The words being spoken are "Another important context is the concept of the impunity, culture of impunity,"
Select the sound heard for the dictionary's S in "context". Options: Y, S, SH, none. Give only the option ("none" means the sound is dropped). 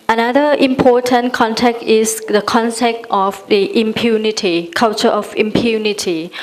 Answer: none